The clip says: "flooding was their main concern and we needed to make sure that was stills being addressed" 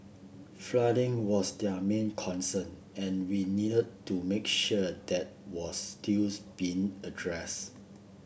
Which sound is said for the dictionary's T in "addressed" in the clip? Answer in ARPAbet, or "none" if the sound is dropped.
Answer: none